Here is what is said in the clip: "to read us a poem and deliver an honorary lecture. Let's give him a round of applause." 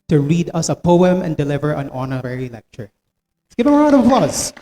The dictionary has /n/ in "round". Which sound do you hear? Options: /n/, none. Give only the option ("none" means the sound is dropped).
none